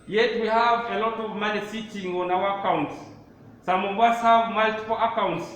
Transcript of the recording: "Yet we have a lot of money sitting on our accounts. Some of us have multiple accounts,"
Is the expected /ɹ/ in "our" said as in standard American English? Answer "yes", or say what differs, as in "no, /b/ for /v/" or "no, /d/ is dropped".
no, /w/ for /ɹ/